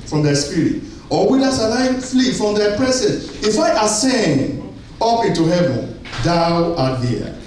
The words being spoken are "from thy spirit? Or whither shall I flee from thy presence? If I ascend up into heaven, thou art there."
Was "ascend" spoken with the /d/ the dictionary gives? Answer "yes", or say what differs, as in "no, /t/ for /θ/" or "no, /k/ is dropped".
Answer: no, /d/ is dropped